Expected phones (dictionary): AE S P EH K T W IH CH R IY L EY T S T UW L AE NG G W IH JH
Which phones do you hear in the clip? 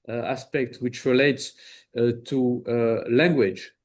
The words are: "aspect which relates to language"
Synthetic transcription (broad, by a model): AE S P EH K T W IH CH R IY L EY T S T UW L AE NG G W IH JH